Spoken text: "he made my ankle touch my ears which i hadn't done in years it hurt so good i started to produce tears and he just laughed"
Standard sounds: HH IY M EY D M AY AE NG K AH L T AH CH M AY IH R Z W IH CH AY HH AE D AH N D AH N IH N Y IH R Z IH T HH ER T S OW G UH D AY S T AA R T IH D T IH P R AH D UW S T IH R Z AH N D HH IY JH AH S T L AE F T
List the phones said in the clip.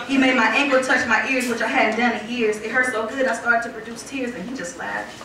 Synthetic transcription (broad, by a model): HH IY M EY D M AY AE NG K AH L T AH CH M AY IH R Z W IH CH AY HH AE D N D AH N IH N Y IH R Z IH T HH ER S OW G UH D AY S T AA R T IH D T IH P R AH D UW S T IH R Z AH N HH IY JH AH S T L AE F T